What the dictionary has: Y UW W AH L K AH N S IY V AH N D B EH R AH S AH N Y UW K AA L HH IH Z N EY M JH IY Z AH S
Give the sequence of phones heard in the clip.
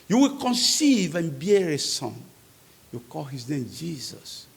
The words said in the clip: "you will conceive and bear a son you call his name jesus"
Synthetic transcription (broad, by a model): Y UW W AH L K AH N S IY V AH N B EH R AH S AH N Y UW K AA L HH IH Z N EY M JH IY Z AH S